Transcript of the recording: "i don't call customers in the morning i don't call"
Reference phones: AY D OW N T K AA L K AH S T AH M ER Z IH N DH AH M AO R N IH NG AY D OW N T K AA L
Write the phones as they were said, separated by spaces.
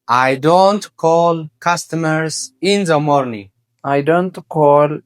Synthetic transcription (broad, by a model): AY D OW N T K AA L K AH S T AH M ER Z IH N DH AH M AO R N IH NG AY D OW N T K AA L